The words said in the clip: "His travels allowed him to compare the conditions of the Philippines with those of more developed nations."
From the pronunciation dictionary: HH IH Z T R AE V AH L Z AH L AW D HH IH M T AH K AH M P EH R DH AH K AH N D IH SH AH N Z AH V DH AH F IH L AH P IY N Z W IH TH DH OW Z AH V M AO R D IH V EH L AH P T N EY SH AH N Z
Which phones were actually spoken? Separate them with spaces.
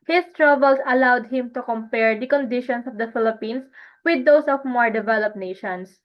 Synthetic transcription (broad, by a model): HH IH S T R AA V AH L S AH L AW D HH IH M T AH K AH M P EH R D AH K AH N D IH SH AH N S AH V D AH F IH L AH P IY N S W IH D OW S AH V M AO R D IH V EH L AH P N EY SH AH N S